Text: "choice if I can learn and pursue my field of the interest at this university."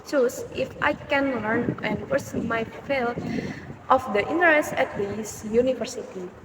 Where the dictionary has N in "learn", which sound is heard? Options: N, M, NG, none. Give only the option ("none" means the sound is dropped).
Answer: N